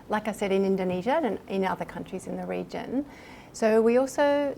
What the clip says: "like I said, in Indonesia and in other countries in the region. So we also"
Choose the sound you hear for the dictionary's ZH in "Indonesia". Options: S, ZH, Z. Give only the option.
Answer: ZH